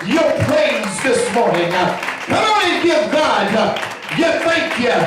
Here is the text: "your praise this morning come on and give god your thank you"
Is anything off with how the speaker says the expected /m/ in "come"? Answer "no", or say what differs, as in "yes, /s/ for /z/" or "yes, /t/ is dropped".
yes, /m/ is dropped